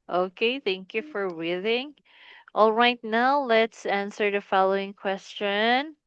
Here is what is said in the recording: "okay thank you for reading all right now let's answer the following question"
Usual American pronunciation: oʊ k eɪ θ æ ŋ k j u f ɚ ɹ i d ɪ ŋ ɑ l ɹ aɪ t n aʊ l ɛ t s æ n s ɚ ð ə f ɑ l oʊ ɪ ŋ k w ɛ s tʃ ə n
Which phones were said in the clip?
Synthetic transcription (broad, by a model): oʊ k eɪ θ æ ŋ k j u f ɚ w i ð ɪ ŋ ɑ l ɹ aɪ t n aʊ l ɛ t s æ n s ɚ ð ə f ɑ l oʊ ɪ ŋ k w ɛ s tʃ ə n